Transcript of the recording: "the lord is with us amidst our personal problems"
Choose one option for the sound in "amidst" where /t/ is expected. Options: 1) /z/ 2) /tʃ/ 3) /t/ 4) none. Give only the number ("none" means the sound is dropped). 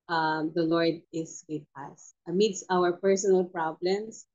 4